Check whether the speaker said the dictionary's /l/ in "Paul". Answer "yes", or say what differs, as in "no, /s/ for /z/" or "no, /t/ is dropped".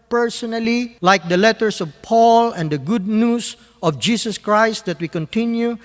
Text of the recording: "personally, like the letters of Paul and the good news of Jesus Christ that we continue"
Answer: yes